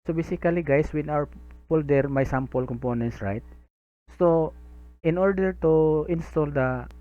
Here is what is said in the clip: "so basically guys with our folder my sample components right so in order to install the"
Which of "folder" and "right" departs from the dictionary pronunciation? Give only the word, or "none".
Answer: folder